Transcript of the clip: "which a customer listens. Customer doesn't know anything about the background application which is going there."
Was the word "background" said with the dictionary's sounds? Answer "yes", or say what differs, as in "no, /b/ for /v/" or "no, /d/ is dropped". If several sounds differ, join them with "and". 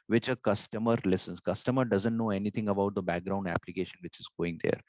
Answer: yes